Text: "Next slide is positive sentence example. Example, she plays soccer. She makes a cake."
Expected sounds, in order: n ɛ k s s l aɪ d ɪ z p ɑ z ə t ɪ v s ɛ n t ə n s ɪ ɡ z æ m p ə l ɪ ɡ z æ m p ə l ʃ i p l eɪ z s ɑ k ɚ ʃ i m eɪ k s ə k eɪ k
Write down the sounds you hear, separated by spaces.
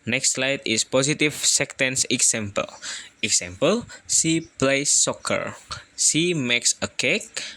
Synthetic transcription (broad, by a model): n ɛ k s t l aɪ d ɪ s p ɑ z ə t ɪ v s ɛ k t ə n s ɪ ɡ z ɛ m p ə l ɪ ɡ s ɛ m p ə l s i p l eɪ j s ɑ k ɚ s i m eɪ k s ə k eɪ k